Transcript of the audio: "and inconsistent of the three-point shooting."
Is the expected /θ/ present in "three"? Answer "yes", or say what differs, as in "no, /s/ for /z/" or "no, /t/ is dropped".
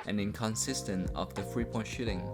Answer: no, /f/ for /θ/